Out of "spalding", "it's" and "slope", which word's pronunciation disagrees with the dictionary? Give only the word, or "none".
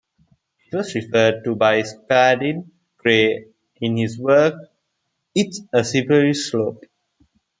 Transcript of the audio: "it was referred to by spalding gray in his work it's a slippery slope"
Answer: spalding